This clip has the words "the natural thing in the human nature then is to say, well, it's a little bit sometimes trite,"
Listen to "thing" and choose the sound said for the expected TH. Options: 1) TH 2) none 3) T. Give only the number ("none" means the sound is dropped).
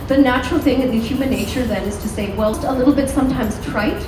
1